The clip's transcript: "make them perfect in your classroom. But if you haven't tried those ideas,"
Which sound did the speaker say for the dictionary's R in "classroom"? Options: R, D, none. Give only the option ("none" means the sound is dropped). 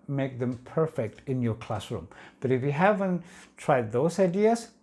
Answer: R